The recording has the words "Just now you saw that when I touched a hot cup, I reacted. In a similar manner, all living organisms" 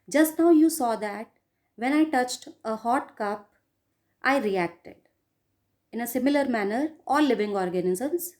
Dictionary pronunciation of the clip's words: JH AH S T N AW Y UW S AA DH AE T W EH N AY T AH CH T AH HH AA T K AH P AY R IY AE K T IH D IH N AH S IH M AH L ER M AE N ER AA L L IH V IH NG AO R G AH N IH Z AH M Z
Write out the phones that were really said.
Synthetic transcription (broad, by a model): JH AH S T N AW Y UW S AA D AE T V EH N AY T AH CH T AH HH AA T K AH P AY R IY AE K T IH D IH N AH S IH M AH L ER M AE N ER AA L L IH V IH NG AO R G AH N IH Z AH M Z